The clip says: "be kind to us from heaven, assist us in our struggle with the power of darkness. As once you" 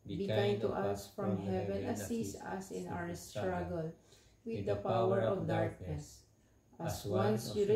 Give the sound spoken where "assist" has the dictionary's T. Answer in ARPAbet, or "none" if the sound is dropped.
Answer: none